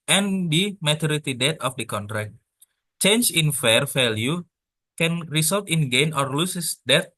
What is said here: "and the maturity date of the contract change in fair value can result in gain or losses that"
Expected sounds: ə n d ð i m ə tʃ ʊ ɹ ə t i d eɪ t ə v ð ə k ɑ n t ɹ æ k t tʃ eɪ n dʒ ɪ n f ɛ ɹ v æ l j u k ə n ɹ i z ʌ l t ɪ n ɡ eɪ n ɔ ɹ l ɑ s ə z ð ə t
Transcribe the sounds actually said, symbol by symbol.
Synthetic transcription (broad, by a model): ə n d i m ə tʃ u ɹ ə t i d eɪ t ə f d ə k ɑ n t ɹ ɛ k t tʃ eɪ n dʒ ɪ n f ɛ ɹ f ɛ l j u k ə n ɹ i s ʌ l t ɪ n ɡ eɪ n ɔ ɹ l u s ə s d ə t